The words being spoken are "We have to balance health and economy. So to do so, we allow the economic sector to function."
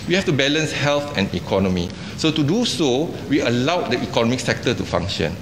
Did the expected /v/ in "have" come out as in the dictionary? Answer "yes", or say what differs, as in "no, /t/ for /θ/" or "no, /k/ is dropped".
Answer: no, /f/ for /v/